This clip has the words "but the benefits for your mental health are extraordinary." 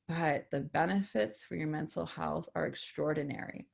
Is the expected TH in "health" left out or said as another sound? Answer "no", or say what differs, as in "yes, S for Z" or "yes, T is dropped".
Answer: no